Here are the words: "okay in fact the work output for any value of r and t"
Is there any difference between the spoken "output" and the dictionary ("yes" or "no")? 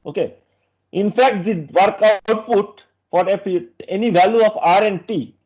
yes